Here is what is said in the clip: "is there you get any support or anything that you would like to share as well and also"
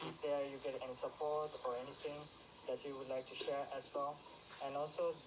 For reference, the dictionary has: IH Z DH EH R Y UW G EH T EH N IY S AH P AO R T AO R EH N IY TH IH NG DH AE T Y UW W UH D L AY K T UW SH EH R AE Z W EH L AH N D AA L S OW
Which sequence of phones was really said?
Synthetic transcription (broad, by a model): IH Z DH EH Y UW G EH T EH N IY S AH P AO R T AO R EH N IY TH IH NG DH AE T Y UW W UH D L AY K T UW SH EH R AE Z W EH L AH N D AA L S OW